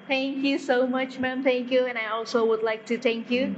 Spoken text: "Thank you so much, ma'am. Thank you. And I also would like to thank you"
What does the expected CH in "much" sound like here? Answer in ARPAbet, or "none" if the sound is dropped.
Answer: CH